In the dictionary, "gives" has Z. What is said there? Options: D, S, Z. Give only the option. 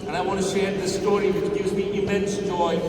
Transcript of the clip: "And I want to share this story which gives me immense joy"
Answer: Z